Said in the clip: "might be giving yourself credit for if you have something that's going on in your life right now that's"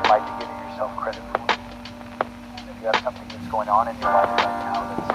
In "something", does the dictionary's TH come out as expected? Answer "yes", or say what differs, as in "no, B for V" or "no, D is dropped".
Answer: yes